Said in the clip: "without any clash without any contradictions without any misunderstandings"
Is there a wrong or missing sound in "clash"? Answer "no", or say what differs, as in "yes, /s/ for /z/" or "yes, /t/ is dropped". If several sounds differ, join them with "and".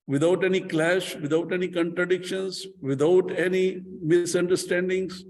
no